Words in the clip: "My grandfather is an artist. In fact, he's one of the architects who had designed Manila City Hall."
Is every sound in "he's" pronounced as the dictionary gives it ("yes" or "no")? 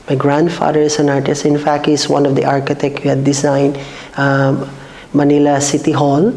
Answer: no